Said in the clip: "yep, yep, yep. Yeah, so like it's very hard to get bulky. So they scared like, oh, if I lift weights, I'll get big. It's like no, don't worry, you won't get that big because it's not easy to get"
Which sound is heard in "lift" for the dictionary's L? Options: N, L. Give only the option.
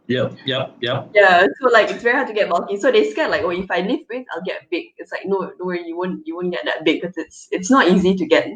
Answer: N